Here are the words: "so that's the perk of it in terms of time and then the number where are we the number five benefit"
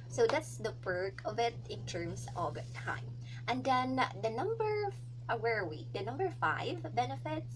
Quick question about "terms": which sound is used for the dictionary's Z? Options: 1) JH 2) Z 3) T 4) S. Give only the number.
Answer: 4